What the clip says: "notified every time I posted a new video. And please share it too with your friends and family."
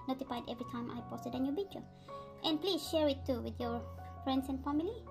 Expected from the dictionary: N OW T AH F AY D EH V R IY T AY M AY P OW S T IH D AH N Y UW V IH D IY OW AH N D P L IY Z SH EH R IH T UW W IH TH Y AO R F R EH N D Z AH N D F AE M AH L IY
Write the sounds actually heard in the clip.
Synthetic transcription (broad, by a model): N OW T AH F AY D EH V R IY T AY M AY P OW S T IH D AH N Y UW B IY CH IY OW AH N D P L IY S SH EH R IH T UW W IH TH Y AO R F R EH N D S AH N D F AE M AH L IY